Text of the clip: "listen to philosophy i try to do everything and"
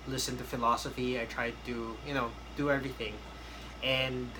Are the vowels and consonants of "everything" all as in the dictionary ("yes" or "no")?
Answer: yes